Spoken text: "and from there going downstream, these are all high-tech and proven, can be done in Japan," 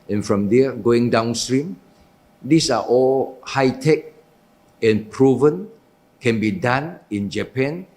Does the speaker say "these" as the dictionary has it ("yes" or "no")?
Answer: no